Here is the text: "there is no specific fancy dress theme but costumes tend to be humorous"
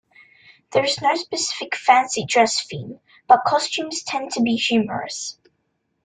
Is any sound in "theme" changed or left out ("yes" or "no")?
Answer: yes